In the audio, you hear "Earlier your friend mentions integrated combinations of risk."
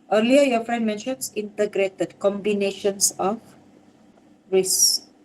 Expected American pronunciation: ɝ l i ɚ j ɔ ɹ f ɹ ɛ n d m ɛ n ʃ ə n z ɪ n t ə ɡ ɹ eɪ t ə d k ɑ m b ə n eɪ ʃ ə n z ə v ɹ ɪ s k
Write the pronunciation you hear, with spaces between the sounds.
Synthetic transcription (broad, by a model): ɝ l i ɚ j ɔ f ɹ ɛ n d m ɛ n ʃ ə n s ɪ n t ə ɡ ɹ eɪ t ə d k ɑ m b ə n eɪ ʃ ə n s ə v ɹ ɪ s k